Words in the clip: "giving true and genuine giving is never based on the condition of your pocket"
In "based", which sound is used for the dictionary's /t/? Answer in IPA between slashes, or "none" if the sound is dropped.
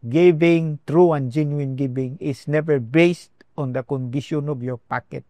/t/